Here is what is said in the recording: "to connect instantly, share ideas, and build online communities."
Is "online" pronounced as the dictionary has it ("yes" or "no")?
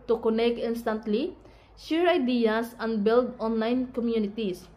yes